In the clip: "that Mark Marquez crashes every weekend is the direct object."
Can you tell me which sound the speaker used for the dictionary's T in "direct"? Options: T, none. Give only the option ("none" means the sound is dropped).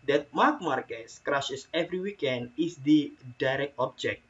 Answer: T